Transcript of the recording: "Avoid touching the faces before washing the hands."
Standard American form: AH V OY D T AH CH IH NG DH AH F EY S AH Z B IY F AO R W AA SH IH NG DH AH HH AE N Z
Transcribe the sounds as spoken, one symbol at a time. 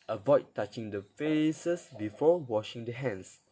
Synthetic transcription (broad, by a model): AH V OY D T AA CH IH NG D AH F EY S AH S B IY F AO W AA SH IH NG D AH HH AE N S